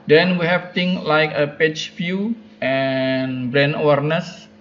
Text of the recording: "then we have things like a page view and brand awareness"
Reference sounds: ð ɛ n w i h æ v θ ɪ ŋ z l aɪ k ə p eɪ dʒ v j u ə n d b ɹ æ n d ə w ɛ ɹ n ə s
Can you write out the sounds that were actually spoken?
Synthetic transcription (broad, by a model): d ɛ n w i h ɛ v t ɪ ŋ s l aɪ k ə p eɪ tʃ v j u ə n b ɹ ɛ n ə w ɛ ɹ n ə s